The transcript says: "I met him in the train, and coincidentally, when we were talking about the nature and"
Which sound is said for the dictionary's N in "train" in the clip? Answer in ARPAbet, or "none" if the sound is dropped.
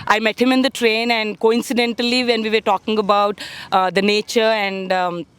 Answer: N